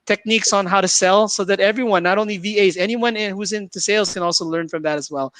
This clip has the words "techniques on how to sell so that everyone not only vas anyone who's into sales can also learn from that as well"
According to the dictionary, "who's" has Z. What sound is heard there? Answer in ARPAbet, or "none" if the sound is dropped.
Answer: Z